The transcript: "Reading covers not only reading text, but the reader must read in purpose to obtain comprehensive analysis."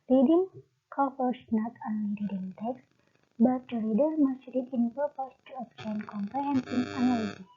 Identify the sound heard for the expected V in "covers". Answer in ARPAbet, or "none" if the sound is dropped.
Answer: F